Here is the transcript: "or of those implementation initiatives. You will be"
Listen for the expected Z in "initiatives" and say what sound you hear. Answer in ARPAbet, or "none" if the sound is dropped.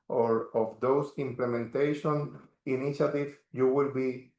none